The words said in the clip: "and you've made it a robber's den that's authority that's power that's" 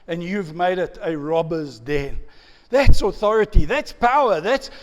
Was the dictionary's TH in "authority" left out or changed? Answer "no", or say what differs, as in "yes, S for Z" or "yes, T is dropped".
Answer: no